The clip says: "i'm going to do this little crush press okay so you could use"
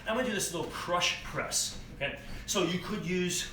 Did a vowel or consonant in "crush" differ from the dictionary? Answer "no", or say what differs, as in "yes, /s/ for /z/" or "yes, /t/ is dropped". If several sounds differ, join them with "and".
no